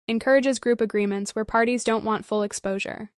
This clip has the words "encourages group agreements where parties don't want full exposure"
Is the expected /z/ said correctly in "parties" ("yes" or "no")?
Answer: yes